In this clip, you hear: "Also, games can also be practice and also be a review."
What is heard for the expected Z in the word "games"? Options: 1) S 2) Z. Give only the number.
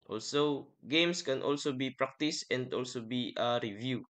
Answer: 1